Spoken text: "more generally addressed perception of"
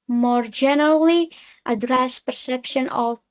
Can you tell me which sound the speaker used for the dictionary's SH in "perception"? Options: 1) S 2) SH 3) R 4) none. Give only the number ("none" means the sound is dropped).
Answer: 2